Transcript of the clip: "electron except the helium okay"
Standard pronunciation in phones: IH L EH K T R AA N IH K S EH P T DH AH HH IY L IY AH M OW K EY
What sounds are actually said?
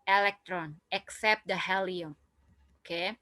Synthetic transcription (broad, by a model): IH L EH K T R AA N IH K S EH P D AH HH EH L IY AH OW K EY